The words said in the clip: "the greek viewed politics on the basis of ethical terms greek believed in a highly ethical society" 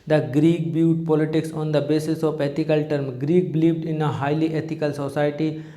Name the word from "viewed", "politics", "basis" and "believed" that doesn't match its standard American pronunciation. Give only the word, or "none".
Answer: viewed